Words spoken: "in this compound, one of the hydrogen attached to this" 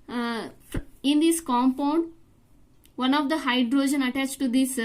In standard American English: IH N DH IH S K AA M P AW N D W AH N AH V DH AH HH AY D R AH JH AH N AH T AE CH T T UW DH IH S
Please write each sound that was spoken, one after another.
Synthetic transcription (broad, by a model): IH N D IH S K AA M P AW N D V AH N AH V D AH HH AY D R AH JH AH N AH T AE CH T T UW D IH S